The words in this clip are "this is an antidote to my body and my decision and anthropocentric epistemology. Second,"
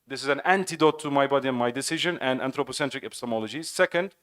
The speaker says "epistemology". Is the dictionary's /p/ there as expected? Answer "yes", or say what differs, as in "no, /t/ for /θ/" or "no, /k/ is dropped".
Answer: yes